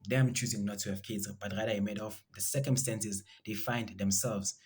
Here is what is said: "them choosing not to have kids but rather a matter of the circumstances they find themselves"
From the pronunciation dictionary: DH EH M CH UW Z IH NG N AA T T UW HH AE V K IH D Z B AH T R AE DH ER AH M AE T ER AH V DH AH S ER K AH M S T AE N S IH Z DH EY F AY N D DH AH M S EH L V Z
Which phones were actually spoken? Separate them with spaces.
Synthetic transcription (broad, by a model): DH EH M CH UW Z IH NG N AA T T UW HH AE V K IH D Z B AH T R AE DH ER AH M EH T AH F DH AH S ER K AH M S T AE N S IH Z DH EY F AY N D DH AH M S EH L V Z